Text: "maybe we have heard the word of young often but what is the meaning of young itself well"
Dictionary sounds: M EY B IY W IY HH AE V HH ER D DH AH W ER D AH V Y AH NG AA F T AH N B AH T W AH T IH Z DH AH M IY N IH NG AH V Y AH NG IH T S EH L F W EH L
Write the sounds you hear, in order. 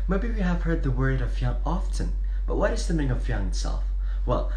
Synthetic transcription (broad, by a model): M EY B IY W IY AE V HH ER D DH AH W ER D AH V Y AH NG AA F T AH N B AH T W AH T IH Z DH AH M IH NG AH V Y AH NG IH T S EH L F W EH L